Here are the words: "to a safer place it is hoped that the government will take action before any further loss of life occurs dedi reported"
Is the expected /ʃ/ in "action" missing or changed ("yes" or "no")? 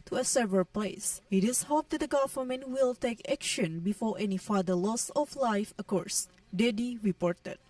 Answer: no